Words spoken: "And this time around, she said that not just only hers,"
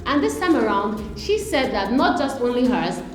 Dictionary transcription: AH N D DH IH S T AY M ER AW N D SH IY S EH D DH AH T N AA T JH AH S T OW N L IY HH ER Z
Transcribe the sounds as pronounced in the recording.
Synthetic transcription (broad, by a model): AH N DH IH S T AY M ER AW N D SH IY S EH D DH AH T N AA T JH AH S T OW N L IY HH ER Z